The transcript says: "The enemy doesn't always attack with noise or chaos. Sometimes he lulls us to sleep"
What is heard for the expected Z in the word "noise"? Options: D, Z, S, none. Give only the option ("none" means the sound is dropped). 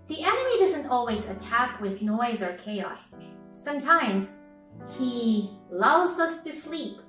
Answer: Z